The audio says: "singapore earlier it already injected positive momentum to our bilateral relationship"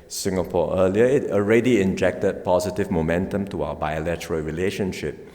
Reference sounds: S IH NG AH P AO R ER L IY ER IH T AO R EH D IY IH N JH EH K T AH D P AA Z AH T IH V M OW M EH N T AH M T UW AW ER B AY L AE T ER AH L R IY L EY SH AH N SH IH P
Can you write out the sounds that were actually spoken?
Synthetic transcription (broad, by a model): S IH NG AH P AO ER L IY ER IH T AO R EH D IY IH N JH EH K T AH D P AA Z AH T IH V M OW M EH N T AH M T UW AW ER B AY L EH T ER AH L R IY L EY SH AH N SH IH P